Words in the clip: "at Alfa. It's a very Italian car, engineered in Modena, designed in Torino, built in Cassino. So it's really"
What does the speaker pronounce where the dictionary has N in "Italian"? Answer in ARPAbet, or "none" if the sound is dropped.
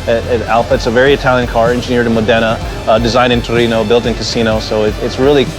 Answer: N